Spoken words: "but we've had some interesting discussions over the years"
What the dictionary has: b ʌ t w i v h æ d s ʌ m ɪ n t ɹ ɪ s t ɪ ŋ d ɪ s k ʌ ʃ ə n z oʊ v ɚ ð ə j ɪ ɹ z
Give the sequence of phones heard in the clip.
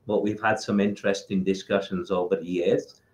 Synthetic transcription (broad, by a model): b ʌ t w i v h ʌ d s ʌ m ɪ n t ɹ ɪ s t ɪ ŋ d ɪ s k ʌ ʃ ə n z oʊ v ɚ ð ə j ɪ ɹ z